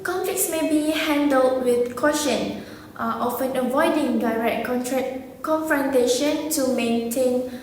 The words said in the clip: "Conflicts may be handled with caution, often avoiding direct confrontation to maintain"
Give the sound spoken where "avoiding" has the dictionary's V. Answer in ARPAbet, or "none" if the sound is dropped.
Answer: V